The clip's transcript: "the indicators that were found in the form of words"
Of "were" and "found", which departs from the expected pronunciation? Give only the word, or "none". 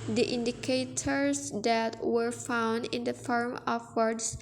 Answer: none